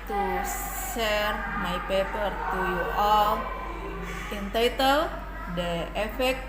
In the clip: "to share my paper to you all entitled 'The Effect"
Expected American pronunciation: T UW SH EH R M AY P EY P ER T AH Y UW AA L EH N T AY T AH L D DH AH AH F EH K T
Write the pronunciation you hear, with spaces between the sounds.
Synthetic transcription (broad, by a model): T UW S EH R M AY P EY P ER T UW AA L EH N T AY T AH L D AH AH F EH K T